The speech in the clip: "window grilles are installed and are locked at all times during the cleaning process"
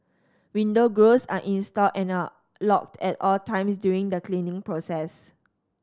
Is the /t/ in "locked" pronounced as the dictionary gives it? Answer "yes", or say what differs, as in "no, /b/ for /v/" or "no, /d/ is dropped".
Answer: yes